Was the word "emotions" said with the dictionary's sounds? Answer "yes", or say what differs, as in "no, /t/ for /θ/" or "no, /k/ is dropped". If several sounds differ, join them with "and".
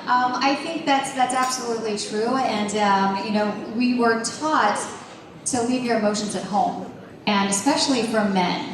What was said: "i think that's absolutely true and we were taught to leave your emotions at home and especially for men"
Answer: yes